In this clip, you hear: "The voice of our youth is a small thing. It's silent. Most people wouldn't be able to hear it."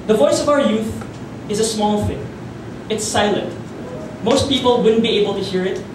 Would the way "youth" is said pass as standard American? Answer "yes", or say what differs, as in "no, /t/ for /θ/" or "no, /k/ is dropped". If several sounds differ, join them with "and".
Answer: yes